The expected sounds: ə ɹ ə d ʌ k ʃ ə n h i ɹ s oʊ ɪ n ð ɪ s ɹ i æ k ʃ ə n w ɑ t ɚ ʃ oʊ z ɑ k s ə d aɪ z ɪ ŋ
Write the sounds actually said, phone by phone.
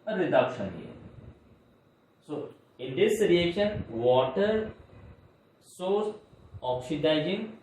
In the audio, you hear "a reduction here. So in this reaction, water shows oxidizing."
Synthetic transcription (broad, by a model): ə ɹ ə d ʌ k ʃ ə n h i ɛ s oʊ ɪ n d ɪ s ɹ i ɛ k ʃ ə n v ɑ t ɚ s oʊ s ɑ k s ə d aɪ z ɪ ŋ